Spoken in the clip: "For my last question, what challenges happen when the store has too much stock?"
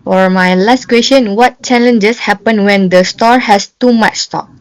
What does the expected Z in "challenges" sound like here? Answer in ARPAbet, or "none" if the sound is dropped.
S